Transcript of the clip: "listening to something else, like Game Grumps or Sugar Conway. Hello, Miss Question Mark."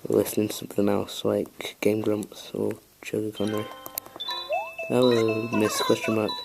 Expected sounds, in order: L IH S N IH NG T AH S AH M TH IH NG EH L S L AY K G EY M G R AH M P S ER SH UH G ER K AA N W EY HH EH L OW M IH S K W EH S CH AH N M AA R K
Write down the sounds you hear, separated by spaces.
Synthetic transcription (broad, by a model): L IH S N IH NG T AH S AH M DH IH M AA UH S L AY K G EY M G R AH M P S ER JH UH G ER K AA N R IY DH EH W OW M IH S K W EH S CH AH N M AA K